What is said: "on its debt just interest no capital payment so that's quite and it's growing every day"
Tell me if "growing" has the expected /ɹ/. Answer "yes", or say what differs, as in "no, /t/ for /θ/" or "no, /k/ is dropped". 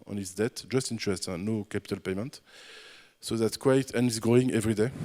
no, /ɹ/ is dropped